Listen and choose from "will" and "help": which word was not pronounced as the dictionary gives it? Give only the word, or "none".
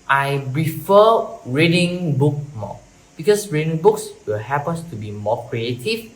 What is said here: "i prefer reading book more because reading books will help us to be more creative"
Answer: help